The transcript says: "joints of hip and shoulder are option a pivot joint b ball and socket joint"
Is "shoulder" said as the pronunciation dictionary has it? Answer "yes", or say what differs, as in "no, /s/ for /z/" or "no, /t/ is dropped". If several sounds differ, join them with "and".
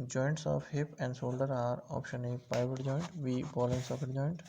no, /s/ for /ʃ/